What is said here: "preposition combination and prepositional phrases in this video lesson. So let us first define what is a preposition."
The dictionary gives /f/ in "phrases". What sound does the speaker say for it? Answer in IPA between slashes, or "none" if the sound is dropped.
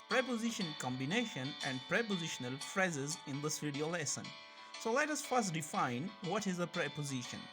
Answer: /f/